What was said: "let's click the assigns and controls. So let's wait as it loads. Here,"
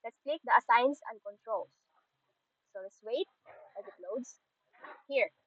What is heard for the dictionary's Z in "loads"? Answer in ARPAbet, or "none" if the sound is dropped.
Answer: S